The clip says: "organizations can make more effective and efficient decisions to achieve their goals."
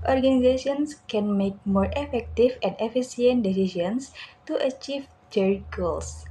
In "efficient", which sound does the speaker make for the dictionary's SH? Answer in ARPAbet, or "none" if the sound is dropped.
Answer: S